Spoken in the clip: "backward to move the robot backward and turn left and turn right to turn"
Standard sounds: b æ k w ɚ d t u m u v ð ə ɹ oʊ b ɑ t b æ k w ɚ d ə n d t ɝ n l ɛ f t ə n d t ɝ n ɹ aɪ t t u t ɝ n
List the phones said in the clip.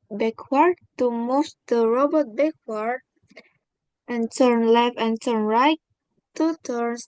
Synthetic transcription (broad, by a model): b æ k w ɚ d t u m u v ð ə ɹ oʊ b ɑ t b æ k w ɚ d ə n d t ɝ n l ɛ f ə n t ɝ n ɹ aɪ t t u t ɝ n